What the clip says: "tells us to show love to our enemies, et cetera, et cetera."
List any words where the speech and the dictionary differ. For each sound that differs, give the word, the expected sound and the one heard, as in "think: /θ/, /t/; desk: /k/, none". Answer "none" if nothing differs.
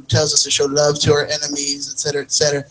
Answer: none